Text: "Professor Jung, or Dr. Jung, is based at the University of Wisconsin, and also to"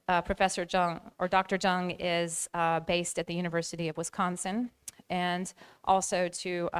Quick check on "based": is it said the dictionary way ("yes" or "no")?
yes